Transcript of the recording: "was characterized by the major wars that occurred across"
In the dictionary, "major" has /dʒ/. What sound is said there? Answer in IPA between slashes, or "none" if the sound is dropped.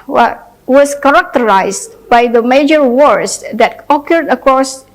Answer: /dʒ/